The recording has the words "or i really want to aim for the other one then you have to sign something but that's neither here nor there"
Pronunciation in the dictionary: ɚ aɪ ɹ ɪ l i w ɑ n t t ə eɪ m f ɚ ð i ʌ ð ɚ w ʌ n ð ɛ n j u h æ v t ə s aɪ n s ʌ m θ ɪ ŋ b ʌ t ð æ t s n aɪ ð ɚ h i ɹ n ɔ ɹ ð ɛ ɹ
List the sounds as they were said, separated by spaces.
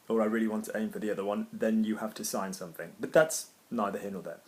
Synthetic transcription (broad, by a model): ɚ aɪ ɹ ɪ l i w ɑ n t t ə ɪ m f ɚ ð i ʌ ð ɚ w ʌ n ð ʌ n j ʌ h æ f t ə s aɪ n s ʌ m θ ɪ ŋ b ʌ t ð æ t s n aɪ ð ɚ h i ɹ n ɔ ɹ ð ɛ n